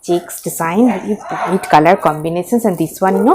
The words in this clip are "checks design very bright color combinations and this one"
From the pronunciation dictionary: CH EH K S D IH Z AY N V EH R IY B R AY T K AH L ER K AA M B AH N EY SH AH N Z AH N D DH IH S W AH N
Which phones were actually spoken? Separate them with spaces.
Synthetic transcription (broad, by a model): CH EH K S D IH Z AY N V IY IY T K AH L ER K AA M B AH N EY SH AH N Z AH N D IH S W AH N